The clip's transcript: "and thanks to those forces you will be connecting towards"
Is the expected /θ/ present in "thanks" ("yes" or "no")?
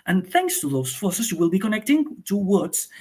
yes